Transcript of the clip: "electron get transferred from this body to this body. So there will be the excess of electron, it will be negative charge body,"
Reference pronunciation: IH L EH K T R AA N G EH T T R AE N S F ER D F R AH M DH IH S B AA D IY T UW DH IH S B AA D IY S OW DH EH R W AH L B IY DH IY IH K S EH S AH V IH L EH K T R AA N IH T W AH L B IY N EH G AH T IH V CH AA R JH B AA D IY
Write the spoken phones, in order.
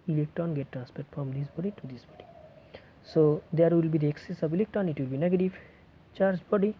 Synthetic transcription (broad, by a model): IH L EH K T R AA N G EH T T R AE N S P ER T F R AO M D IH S B AA D IY T UW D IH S B AA D IY S OW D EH R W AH L B IY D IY IH K S EH S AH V IH L EH K T R AA N IH T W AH L B IY N EH G AH T IH V CH AA R JH B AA D IY